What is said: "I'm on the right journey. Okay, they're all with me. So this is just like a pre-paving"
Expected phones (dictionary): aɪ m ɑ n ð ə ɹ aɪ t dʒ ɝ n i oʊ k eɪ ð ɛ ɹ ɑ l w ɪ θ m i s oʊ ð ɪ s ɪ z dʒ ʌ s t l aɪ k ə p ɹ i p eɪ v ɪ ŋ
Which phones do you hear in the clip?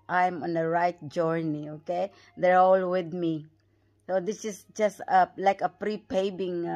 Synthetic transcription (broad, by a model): aɪ m ɑ n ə ɹ aɪ t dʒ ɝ n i oʊ k eɪ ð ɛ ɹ ɑ l w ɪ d m i s oʊ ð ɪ s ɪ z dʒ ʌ s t l aɪ k ə p ɹ i p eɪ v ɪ ŋ